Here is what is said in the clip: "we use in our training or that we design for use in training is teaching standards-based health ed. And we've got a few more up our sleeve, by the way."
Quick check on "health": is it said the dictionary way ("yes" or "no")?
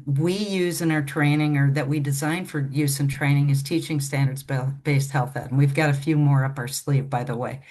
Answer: yes